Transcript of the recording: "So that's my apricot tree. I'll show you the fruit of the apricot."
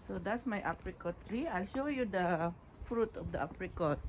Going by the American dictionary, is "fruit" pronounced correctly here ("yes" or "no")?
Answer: yes